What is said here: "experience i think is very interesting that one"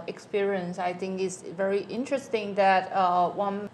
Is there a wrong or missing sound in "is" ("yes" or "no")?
yes